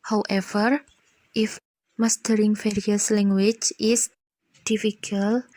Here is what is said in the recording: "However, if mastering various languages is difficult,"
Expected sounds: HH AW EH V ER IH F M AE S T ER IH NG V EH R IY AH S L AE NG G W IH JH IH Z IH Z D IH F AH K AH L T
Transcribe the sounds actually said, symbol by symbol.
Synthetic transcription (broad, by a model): HH AW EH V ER IH F M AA S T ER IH NG F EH R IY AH S L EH NG G W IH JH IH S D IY F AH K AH L